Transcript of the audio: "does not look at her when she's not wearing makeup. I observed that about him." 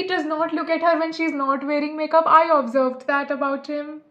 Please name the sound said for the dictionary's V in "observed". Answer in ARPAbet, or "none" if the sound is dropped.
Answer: V